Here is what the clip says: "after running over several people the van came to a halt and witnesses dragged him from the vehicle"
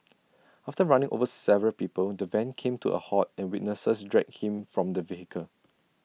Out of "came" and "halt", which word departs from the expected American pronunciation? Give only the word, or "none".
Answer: halt